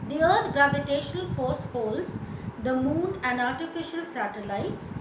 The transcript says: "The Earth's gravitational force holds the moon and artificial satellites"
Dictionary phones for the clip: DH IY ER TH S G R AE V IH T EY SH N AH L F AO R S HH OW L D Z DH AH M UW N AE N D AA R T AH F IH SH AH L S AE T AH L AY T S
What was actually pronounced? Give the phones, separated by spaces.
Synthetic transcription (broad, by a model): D IY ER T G R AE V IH T EY SH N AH L F AO R S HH OW L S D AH M UW N AE N D AA R T AH F IH SH AH L S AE T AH L AY T S